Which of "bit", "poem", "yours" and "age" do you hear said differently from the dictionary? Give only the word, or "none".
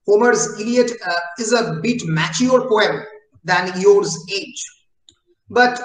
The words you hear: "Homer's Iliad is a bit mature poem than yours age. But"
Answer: none